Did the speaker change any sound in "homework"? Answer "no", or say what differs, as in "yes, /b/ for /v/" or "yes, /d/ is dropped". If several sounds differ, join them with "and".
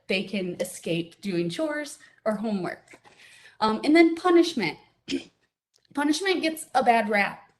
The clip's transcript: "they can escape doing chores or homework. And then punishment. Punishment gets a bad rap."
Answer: no